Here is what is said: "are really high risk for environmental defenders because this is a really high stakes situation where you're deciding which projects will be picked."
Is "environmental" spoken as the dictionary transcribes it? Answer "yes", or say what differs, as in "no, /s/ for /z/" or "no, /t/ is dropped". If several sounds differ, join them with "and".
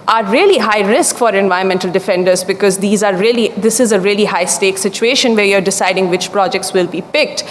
no, /ɹ/ is dropped